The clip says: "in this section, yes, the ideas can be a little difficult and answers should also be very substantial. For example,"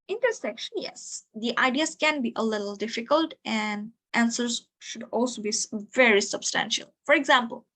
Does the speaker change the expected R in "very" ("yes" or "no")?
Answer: no